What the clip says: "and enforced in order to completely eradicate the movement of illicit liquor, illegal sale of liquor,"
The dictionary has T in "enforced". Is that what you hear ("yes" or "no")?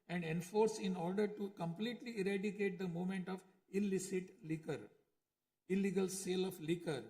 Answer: no